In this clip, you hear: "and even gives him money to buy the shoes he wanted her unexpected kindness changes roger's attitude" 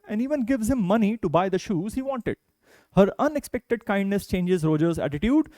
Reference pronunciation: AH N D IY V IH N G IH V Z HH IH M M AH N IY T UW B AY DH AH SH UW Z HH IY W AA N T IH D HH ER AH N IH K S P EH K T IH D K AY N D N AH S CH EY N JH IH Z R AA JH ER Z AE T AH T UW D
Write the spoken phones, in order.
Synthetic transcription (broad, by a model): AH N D IY V IH N G IH V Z HH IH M M AH N IY T UW B AY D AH SH UW Z HH IY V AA N T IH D HH ER AH N IH K S P EH K T IH D K AY N D N AH S CH EY N JH IH Z R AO JH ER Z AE T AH T UW D